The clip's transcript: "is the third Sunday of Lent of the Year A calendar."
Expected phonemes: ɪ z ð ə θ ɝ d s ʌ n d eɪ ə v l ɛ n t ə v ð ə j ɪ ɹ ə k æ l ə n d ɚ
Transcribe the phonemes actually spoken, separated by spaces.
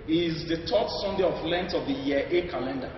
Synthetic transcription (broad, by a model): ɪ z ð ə t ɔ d s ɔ n d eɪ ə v l ɛ n t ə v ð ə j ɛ ə k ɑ l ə n d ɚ